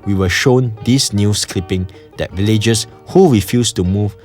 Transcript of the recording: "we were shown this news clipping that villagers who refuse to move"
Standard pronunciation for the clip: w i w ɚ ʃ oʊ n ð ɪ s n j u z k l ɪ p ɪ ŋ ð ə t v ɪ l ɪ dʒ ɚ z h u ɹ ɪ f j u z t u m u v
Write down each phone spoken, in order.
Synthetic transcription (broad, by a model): w i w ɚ ʃ oʊ n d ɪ s n j u s k l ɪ p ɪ ŋ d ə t v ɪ l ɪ dʒ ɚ s h u ɹ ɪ f j u s t u m u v